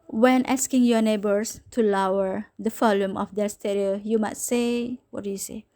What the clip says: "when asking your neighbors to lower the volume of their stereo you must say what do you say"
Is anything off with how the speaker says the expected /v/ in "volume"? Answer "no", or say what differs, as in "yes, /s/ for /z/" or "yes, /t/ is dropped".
yes, /f/ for /v/